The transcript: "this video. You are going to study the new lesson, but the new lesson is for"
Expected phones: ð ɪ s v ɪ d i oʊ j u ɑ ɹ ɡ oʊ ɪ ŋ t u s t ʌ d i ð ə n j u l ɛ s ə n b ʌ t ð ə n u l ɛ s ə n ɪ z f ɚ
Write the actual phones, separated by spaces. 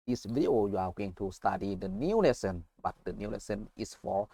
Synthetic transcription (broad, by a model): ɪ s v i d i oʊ j u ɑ w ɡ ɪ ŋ t u s t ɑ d i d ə n j u l ɛ s ə n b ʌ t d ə n u l ɛ s ə n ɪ s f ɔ